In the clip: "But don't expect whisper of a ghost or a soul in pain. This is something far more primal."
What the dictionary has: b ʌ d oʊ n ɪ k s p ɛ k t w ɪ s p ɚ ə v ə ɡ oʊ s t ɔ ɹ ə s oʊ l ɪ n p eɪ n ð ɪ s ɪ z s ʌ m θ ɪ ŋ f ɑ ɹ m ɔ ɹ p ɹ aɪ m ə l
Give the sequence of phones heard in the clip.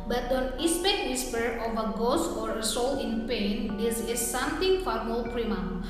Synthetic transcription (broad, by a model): b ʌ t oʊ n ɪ s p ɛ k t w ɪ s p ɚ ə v ə ɡ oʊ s ɔ ɹ ə s oʊ l ɪ n p eɪ n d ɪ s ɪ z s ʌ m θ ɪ ŋ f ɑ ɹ m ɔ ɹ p ɹ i m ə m